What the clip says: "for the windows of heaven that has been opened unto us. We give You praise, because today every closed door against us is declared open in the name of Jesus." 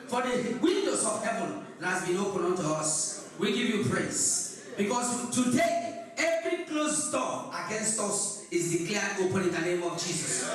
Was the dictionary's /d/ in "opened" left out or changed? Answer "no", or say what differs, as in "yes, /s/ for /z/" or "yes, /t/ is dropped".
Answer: yes, /d/ is dropped